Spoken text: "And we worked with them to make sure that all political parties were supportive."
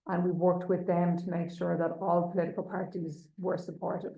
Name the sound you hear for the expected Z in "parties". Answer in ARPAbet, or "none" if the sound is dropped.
Z